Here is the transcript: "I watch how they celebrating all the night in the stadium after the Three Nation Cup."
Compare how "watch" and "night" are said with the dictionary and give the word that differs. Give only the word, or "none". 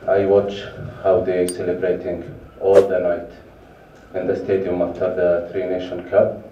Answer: none